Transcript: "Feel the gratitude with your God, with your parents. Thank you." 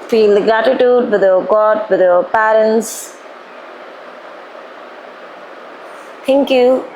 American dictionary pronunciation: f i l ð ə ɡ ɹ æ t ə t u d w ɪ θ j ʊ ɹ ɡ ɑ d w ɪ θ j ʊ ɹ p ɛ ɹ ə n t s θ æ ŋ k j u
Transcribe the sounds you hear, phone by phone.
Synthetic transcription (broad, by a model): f i l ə ɡ ɹ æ t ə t u d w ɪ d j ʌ ɡ ɑ d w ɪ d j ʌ p ɛ ɹ ə n t s t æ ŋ k j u